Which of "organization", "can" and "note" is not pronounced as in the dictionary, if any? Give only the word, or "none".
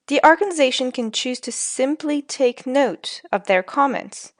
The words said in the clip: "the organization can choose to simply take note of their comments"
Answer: none